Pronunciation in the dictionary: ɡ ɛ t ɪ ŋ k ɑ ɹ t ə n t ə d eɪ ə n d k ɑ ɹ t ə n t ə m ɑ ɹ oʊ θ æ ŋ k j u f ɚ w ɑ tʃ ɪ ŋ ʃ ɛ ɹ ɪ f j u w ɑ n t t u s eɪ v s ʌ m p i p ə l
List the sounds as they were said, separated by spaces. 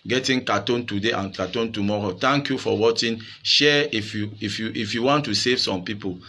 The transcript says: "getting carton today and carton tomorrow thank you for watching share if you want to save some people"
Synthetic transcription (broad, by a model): ɡ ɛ t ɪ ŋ k ɑ t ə n t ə d eɪ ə n k ɑ t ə n t ə m ɑ ɹ oʊ t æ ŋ k j u f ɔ w ɑ tʃ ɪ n ʃ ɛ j ɪ f j u w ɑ n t t u s eɪ v s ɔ m p i p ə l